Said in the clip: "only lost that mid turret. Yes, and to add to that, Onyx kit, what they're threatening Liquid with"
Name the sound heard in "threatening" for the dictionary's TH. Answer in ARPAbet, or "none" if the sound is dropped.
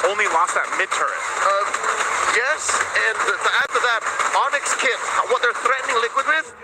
TH